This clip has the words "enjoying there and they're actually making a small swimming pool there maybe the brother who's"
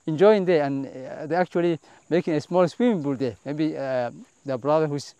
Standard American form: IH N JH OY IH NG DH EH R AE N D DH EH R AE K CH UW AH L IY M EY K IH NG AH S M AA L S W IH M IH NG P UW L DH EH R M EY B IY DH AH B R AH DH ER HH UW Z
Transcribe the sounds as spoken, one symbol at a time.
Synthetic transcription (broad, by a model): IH N JH OY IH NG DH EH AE N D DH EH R AE K CH UW AH L IY M EY K IH NG AH S M AA L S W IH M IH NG B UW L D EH M EY B IY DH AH B R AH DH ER HH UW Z